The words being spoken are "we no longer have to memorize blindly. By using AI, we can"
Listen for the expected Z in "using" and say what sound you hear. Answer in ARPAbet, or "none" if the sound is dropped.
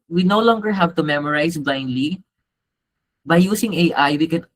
S